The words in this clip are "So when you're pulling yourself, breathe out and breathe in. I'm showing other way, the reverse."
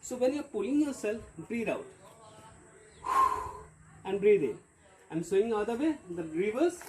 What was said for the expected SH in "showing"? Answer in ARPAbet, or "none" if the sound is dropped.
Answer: S